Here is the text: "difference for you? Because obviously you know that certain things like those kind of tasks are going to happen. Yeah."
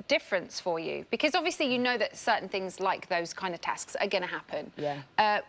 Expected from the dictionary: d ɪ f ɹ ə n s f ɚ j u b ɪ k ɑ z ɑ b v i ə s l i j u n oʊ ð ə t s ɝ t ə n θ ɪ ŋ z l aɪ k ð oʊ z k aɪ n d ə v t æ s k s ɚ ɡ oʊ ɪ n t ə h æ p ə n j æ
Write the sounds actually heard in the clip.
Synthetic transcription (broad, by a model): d ɪ f ɹ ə n s f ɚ j u b ɪ k ɑ z ɑ b v i ə s l i j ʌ n oʊ ð ə t s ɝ t n θ ɪ ŋ z l aɪ k ð oʊ z k aɪ n d ə v t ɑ s k s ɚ ɡ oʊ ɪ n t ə h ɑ p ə n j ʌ